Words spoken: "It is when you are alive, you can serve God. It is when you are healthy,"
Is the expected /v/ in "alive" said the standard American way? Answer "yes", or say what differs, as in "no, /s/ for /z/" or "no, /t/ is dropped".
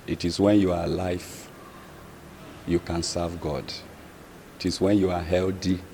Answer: no, /f/ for /v/